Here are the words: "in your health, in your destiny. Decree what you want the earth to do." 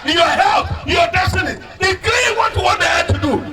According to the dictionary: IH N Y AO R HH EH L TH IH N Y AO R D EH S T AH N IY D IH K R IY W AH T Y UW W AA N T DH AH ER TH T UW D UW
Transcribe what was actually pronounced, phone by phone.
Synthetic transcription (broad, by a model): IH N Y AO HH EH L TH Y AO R D EH S T AH N IY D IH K L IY W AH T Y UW W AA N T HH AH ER T UW D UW